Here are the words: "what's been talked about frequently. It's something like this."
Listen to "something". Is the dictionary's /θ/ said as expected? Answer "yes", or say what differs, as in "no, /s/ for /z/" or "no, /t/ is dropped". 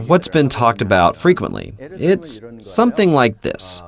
yes